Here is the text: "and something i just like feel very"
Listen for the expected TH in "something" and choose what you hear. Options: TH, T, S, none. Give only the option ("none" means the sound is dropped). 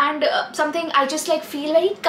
T